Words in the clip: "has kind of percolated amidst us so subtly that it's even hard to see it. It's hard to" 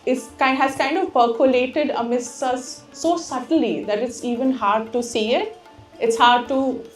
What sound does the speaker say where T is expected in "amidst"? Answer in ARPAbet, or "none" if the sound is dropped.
none